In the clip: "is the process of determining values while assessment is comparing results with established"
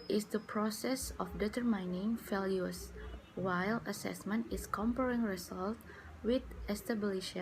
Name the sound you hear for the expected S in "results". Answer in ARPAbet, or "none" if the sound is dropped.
none